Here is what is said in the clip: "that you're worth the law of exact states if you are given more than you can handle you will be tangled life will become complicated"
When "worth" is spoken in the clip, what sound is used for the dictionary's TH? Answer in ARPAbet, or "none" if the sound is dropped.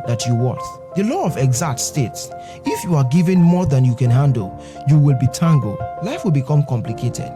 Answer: T